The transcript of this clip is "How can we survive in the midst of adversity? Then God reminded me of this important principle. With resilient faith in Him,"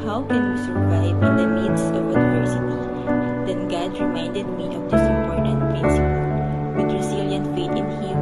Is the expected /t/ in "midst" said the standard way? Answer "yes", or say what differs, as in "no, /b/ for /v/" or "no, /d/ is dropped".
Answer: no, /t/ is dropped